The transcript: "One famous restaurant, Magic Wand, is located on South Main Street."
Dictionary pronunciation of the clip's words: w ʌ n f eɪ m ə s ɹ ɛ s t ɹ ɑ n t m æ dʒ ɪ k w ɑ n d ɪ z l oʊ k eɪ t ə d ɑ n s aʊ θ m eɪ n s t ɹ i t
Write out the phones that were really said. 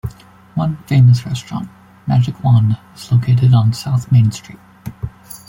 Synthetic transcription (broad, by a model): w ʌ n f eɪ m ə s ɹ ɛ s t ɹ ɑ n t m æ dʒ ɪ k w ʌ n ɪ z l oʊ k eɪ t ə d n s aʊ θ m eɪ n s t ɹ i t